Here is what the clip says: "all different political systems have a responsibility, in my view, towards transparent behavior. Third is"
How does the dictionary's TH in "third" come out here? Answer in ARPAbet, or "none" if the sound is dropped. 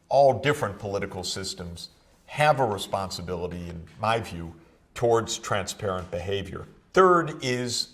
TH